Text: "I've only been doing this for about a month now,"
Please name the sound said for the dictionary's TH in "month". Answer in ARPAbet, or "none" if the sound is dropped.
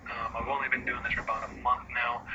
TH